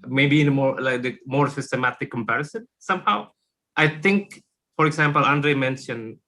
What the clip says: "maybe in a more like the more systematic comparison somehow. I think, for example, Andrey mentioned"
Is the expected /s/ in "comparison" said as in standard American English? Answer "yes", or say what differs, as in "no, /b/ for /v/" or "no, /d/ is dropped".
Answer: yes